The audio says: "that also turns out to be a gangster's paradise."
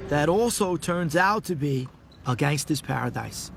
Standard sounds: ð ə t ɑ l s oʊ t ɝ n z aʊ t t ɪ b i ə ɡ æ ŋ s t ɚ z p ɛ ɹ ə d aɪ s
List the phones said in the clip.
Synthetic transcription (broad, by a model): ð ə t ɑ l s oʊ t ɝ n z aʊ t t ɪ b i ə ɡ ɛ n s t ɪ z p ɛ ɹ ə d aɪ s